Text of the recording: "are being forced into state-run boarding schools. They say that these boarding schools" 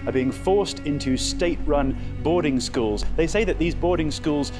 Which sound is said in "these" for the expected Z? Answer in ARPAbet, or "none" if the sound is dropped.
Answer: Z